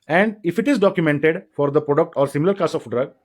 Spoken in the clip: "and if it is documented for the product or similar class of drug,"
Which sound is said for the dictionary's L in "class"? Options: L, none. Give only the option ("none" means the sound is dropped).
none